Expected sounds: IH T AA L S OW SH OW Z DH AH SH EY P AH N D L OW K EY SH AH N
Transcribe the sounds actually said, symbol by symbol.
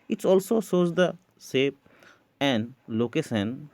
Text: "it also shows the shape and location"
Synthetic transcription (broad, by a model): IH T AA L S OW S OW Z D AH S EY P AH N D L OW K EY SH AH N